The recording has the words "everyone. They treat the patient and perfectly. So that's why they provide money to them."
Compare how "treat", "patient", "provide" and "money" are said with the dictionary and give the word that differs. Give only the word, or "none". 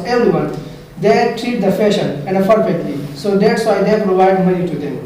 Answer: patient